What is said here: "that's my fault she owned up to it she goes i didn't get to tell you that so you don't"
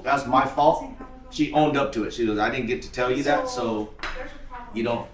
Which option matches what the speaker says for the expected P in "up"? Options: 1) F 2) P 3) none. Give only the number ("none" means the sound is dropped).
2